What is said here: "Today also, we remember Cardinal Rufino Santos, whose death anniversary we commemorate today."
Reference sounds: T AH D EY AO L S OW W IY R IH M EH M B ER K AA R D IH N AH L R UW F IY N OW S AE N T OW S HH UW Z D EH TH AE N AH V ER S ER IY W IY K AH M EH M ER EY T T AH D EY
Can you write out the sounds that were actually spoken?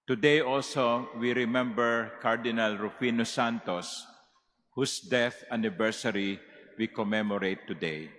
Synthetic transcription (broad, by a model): T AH D EY AO L S OW W IY R IH M EH M B ER K AA R D IH N AH L R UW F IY N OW S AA N T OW S HH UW S D EH TH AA N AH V ER S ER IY W IY K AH M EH M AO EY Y T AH D EY